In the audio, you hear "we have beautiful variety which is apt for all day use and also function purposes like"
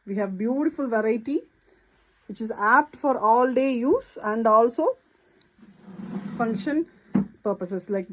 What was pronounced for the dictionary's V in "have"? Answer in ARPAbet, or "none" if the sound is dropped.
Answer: V